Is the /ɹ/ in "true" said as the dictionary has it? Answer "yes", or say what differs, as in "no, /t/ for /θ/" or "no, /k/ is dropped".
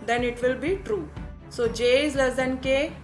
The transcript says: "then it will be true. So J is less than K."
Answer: yes